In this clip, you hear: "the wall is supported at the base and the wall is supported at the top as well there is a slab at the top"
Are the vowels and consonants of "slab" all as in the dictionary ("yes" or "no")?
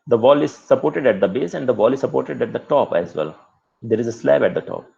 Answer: yes